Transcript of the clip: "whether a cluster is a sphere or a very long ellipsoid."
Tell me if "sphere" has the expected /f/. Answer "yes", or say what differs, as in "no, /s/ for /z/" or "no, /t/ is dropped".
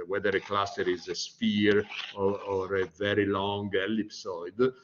no, /p/ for /f/